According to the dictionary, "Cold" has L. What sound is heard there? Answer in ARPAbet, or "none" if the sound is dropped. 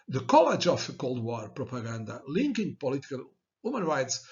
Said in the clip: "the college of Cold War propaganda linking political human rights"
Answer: L